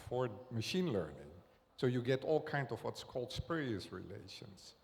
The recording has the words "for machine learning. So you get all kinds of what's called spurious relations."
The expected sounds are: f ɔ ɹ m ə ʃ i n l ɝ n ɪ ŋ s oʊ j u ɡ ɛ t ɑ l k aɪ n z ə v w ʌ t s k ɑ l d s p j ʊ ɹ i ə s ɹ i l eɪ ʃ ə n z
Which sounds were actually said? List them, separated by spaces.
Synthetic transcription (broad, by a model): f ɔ ɹ m ə ʃ i n l ɝ n ɪ ŋ s oʊ j u ɡ ɛ t ɑ l k aɪ n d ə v w ʌ t s k ɑ l d s p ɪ ɹ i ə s ɹ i l eɪ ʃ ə n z